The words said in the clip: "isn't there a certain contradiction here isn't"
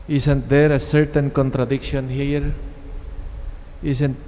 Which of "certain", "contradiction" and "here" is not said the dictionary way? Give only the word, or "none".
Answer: none